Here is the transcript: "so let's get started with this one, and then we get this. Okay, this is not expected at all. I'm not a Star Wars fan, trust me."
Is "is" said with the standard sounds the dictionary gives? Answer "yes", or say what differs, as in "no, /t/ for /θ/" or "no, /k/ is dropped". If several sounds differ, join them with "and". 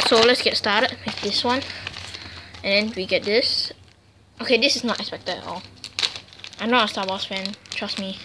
no, /s/ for /z/